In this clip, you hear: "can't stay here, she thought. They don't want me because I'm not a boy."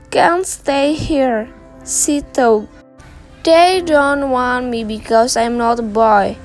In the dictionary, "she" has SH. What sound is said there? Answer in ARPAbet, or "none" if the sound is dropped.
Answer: S